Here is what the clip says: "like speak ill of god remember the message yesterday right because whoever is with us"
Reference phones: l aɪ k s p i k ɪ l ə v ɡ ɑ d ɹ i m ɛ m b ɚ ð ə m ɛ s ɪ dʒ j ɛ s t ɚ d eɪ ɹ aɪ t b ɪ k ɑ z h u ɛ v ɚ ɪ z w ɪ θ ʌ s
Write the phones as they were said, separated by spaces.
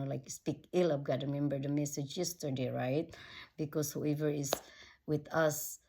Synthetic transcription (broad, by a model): l aɪ k s p i k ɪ l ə p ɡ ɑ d ɹ i m ɛ m b ɚ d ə m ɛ s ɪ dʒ j ɛ s t ɚ d eɪ ɹ aɪ t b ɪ k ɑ s h u ɛ v ɚ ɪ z w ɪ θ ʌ s